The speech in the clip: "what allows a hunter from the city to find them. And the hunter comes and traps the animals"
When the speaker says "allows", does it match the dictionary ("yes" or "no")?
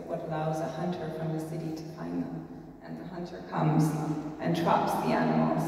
yes